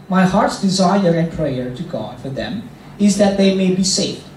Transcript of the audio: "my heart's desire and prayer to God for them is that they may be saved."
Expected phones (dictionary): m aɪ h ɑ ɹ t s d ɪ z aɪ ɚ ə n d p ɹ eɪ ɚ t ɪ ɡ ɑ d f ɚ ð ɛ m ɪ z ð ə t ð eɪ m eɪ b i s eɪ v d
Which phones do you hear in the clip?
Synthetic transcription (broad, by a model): m aɪ h ɑ ɹ t s d ɪ z aɪ ɚ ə n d p ɹ eɪ ɚ t ɪ ɡ ɑ d f ɚ ð ɛ m ɪ z ð ə t ð eɪ m eɪ b i s eɪ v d